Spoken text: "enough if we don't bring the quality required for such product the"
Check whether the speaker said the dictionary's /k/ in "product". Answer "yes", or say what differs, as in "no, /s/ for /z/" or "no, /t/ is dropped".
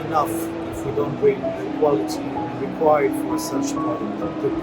no, /k/ is dropped